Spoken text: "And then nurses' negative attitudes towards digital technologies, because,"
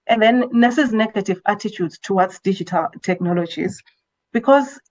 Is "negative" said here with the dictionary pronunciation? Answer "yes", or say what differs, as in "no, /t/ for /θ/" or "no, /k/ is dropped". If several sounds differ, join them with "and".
yes